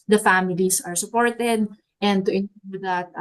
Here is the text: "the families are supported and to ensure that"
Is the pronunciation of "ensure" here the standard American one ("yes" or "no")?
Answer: no